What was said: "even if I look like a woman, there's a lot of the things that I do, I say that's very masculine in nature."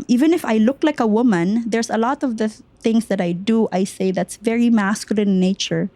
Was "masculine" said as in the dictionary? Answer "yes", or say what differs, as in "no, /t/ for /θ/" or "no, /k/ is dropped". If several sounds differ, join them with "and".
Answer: no, /l/ is dropped and /l/ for /n/